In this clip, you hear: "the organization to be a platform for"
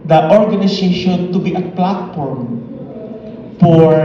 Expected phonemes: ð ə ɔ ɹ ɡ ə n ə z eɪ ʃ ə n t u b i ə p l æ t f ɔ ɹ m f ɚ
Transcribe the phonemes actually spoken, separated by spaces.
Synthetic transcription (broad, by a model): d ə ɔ ɹ ɡ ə n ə s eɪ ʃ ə n t u b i ə p l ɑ t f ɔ ɹ m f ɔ